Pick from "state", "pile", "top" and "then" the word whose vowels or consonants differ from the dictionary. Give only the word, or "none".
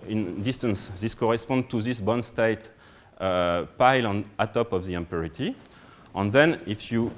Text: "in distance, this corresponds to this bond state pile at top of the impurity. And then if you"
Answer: none